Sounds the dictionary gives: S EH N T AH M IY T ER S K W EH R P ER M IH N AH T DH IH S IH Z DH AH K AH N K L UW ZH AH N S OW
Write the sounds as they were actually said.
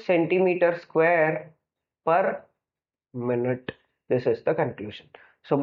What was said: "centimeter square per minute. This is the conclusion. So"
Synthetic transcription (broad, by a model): S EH N T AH M IY T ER S K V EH R P ER M IH N AH T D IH S IH Z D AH K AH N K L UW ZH AH N S OW